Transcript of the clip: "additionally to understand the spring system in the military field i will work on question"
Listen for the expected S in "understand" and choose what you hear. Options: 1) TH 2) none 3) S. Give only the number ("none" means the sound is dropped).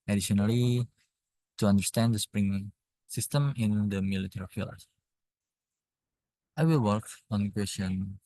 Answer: 3